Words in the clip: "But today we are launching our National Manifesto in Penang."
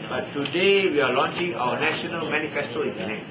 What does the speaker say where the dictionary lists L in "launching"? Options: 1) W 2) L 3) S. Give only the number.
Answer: 2